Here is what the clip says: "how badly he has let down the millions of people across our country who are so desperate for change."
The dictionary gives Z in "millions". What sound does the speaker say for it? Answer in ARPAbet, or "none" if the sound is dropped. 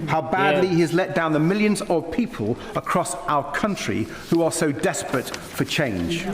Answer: Z